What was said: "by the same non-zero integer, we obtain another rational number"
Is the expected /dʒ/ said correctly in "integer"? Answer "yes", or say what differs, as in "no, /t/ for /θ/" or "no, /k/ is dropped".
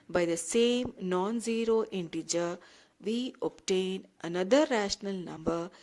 yes